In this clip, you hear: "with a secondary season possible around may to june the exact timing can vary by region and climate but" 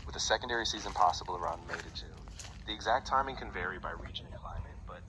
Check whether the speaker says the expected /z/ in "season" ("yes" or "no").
yes